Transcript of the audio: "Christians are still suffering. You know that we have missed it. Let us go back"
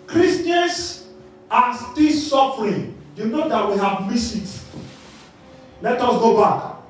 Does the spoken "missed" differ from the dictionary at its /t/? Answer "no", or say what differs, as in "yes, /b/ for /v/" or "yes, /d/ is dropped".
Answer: yes, /t/ is dropped